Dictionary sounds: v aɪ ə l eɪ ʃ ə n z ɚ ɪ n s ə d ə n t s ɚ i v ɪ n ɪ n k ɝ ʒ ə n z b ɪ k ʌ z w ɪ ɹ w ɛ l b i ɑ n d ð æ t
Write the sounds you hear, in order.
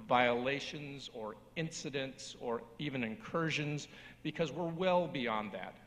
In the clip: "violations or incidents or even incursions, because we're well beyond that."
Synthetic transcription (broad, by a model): v aɪ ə l eɪ ʃ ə n z ɚ ɪ n s ə d ə n t s ɚ i v ɪ n ɪ n k ɝ ʒ ə n z b ɪ k ʌ z w ɪ ɹ w ɛ l b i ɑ n ð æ t